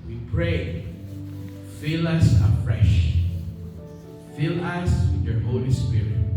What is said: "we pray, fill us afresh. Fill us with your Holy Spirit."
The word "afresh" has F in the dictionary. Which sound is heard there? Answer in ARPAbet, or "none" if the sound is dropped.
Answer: F